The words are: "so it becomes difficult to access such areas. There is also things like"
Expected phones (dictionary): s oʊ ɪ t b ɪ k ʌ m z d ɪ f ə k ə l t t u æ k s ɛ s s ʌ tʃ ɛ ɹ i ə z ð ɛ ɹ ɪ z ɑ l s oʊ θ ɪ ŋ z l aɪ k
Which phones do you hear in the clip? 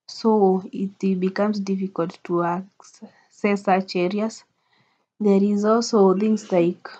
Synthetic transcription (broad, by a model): s oʊ ɪ t b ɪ k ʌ m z d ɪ f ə k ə l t t u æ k s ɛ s s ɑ tʃ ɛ ɹ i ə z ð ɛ ɹ ɪ z ɑ l s oʊ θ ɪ ŋ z l aɪ k